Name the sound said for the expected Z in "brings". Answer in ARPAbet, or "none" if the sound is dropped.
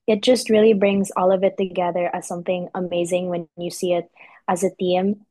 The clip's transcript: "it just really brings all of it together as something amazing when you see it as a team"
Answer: Z